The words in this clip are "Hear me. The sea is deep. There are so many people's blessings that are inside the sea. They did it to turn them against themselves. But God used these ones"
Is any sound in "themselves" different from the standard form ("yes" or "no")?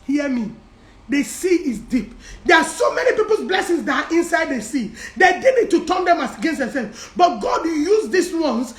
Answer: yes